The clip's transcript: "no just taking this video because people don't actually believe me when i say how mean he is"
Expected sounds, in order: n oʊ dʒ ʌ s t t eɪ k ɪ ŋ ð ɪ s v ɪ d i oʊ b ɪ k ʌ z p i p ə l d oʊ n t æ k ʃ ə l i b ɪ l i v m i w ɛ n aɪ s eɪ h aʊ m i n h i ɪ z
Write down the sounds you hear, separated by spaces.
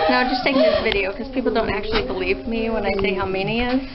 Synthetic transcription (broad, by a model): n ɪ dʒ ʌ s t t eɪ ɪ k ð ɪ s v ɪ d i oʊ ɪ k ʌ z p i p l d oʊ n t æ k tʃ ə l i b ɪ l i v m i w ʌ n aɪ s eɪ h aʊ m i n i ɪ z